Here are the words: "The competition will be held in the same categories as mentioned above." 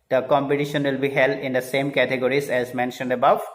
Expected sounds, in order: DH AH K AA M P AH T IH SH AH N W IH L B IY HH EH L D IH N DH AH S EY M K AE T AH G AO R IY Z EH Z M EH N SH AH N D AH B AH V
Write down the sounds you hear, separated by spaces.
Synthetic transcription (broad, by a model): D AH K AA M P AH T IH SH AH N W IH L B IY HH EH L D IH N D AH S EY M K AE T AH G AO R IY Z EH Z M EH N SH AH N D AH B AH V